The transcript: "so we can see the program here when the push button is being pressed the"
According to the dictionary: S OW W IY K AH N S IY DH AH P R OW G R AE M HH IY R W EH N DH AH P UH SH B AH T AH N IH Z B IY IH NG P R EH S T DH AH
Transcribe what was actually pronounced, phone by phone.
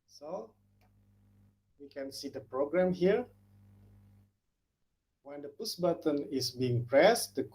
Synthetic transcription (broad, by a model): S OW W IY K AH N S IY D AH P R OW G R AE M HH IY R W EH N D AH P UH S B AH T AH N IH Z B IY IH NG P R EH S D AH